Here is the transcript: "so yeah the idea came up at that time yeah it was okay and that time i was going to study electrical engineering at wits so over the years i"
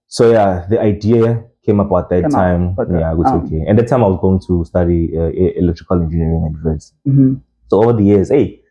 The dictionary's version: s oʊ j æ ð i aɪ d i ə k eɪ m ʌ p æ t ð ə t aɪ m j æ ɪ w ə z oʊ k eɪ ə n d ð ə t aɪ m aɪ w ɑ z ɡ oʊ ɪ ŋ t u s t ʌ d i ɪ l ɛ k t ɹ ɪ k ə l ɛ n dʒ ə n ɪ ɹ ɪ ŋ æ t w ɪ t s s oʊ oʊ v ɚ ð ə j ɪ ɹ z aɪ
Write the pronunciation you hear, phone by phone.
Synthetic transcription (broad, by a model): s oʊ j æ ð i aɪ d i ə k eɪ m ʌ b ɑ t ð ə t aɪ m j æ ɪ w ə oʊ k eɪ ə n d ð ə t aɪ m aɪ w ɑ z ɡ oʊ ɪ ŋ t u s t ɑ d i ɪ l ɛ k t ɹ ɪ k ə l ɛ n dʒ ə n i ɹ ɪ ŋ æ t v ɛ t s s oʊ oʊ v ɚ ð ə j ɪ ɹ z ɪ